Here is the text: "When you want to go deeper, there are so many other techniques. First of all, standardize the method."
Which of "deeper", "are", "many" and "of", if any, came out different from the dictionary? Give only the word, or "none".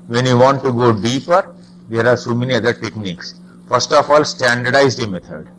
of